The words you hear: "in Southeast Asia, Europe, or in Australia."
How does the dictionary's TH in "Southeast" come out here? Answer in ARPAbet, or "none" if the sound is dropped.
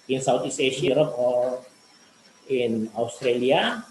T